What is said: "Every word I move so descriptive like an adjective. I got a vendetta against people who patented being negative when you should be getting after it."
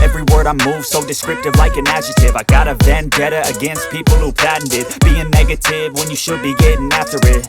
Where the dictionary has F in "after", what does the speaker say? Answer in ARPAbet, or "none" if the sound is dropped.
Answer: F